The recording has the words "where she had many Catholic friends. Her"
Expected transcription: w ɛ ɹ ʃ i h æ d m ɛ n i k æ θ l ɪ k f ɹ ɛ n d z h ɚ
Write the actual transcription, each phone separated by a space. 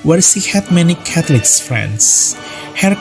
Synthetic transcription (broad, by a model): w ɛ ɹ s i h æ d m ɛ n i k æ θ l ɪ k f ɹ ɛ n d s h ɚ